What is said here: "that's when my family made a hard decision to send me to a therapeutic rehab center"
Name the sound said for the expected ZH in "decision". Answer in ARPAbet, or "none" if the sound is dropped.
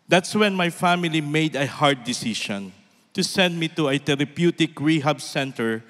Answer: SH